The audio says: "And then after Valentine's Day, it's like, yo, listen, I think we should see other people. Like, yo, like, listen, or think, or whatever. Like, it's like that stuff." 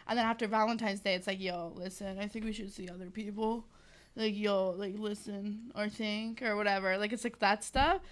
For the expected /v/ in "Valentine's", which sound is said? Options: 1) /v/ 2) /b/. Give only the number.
1